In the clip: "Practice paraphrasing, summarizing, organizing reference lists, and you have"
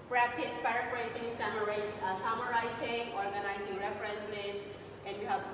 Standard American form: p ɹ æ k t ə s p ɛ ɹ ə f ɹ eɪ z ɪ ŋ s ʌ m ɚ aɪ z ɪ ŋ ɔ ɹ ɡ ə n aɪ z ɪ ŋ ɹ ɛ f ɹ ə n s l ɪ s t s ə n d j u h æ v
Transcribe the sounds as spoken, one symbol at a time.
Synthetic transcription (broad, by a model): p ɹ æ k t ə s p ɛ ɹ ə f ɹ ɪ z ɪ ŋ s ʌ m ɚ aɪ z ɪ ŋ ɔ ɹ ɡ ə n aɪ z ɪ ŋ ɹ ɛ f ɹ ə n s n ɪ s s ə n d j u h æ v